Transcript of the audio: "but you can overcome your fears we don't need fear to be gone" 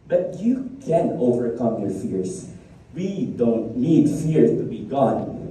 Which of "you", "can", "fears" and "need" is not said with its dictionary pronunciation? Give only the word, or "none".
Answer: fears